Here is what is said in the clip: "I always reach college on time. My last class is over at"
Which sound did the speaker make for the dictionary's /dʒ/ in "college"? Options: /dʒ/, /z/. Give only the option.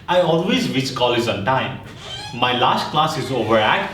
/z/